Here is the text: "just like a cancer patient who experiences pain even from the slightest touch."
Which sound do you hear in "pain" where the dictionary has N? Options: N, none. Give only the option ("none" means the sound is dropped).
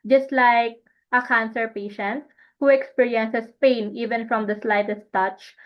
N